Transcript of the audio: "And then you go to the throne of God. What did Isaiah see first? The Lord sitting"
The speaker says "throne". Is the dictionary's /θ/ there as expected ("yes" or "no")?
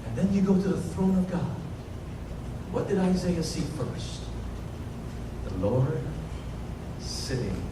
yes